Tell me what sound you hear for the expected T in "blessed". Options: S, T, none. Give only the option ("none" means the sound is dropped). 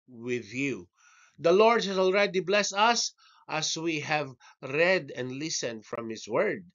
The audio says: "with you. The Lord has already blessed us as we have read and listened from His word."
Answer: none